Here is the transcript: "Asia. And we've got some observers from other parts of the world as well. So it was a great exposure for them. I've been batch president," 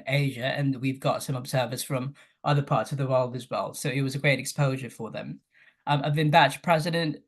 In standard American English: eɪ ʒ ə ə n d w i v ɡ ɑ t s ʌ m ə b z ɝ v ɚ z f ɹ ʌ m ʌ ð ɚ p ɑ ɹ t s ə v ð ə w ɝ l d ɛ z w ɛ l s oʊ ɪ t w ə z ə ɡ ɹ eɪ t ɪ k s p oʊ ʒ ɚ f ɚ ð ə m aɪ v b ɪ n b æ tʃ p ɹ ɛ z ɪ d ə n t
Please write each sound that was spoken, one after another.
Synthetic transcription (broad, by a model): eɪ ʒ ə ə n w i v ɡ ɑ t s ʌ m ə b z ɝ v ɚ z f ɹ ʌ m ʌ ð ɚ p ɑ ɹ t s ə v ð ə w ɝ l d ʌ z w ɛ l s oʊ ɪ t w ə z ə ɡ ɹ eɪ t ɪ k s p oʊ ʒ ɚ f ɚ ð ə m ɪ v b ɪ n b æ tʃ p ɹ ɛ z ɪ d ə n t